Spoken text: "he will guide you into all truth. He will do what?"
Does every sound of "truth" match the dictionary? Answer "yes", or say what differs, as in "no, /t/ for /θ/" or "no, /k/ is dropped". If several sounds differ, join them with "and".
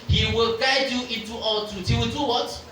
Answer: no, /ɹ/ is dropped